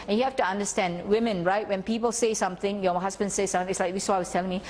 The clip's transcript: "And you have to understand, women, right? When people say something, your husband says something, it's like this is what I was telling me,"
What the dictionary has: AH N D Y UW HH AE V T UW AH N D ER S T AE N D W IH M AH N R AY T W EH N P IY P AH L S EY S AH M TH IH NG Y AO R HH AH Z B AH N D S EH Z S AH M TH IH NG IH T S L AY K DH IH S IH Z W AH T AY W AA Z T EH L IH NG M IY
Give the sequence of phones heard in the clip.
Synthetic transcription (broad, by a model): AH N Y UW HH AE F T UW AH N D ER S T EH N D W IH M AH N R AY T W EH N P IY P AH L S EY S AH M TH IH NG Y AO HH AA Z B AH N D S EH S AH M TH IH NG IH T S L AY K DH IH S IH AY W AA S T EH L IH NG M IY